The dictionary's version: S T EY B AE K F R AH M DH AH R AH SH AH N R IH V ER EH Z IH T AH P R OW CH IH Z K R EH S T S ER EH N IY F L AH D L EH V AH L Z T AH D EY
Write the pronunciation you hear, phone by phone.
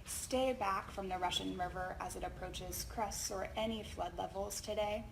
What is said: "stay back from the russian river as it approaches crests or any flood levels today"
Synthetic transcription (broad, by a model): S T EY B AE K F R AH M DH AH R AH SH AH N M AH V ER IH Z IH T AH P R OW CH IH Z K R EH S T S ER EH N IY F L AH D L EH V L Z T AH D EY